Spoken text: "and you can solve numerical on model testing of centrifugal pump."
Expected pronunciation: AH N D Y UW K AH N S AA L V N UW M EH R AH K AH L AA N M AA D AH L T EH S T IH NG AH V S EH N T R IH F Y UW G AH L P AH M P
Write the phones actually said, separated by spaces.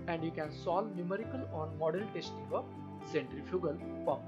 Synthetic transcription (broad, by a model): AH N D Y UW K AH N S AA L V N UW M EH R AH K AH L AA N M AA D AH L T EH S T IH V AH S EH N T R IH F Y UW G AH L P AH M